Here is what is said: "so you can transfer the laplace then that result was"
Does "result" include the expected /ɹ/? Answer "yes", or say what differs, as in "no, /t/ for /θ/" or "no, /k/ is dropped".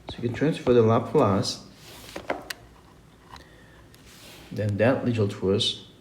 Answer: no, /l/ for /ɹ/